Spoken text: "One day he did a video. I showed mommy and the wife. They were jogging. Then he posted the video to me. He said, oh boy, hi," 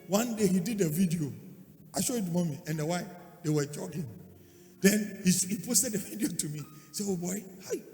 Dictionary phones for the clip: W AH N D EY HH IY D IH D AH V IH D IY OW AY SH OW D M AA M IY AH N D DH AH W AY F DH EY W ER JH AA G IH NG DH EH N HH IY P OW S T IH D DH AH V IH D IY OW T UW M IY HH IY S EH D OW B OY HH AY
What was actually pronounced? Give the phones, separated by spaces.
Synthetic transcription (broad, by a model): W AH N D EY HH IY D IH D AH V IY D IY OW AY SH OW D M AA M IY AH N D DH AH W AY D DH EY W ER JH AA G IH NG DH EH N HH IY P OW S T IH D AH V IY D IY OW T UW M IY IY S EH OW B OY HH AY